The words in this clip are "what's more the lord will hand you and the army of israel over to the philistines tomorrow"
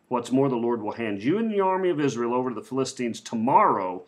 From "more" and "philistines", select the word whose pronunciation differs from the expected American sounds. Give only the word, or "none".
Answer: none